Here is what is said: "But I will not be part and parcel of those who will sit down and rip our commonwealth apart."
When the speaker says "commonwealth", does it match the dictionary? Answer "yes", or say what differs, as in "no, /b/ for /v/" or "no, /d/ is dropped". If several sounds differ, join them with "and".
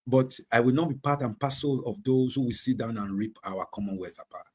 no, /l/ is dropped